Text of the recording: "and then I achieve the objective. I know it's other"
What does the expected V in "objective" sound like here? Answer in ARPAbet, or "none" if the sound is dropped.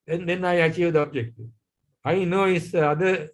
none